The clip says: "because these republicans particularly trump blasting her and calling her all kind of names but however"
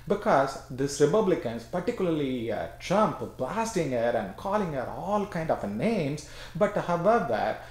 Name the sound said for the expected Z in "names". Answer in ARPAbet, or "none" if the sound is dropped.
S